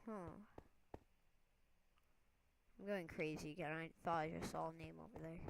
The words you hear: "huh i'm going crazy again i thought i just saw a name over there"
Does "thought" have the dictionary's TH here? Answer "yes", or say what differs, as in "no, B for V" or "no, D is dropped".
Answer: no, F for TH